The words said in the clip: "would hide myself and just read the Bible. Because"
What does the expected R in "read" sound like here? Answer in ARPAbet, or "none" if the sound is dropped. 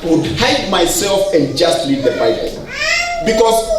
L